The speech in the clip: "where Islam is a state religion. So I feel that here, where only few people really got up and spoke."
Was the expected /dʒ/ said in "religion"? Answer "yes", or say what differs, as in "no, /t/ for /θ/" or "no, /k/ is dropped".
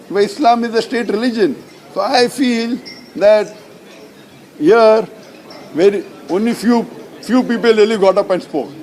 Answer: yes